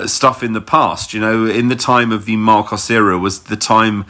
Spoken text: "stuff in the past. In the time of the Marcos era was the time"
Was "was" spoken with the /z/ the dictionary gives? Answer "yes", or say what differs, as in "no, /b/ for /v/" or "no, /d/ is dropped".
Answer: yes